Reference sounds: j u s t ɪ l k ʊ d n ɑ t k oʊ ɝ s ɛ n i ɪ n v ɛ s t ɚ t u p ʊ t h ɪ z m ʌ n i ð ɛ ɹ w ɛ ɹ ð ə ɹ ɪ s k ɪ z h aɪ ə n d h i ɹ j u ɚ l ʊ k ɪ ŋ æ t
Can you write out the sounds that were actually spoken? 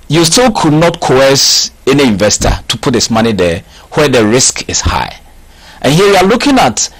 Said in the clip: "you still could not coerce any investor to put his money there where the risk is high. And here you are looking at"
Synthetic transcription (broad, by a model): j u s t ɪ l k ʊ d n ɑ t k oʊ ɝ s ɛ n i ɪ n v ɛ s t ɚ t u p ʊ t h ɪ s m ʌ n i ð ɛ w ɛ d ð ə ɹ ɪ s k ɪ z h aɪ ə n h i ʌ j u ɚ l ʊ k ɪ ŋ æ t